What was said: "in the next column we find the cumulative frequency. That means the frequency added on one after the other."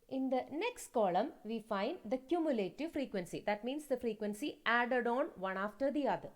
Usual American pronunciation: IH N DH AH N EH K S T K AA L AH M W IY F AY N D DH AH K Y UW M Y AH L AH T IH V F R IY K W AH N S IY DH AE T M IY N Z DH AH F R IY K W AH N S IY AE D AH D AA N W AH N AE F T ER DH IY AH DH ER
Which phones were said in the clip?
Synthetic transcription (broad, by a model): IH N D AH N EH K S T K AA L AH M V IY F AY N D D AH K Y UW M Y AH L AH T IH V F R IY K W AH N S IY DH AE T M IY N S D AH F R IY K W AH N S IY AE D AH D AA N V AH N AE F T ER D IY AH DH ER